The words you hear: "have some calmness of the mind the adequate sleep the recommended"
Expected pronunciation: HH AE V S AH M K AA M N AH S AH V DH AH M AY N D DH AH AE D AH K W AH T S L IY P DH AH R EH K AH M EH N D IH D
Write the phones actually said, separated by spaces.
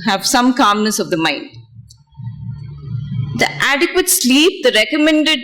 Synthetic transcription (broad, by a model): HH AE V S AH M K AA M N AH S AH V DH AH M AY N D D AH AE D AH K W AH T S L IY P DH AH R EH K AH M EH N D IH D